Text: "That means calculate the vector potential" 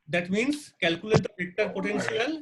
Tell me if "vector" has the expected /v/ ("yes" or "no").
no